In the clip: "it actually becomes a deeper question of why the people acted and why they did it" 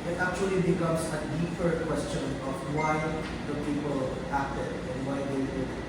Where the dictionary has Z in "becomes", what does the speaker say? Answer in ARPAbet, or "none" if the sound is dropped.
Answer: S